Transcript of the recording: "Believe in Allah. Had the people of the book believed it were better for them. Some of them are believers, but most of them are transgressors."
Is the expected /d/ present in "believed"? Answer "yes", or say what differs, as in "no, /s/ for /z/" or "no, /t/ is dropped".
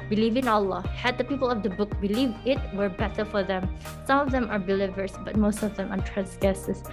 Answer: no, /d/ is dropped